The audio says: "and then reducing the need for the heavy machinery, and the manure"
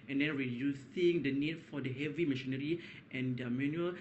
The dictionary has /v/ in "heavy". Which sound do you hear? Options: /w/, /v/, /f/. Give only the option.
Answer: /v/